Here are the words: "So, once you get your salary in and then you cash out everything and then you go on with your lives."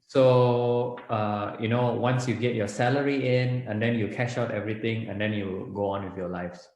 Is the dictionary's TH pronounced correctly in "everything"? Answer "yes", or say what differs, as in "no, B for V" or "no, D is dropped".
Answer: no, T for TH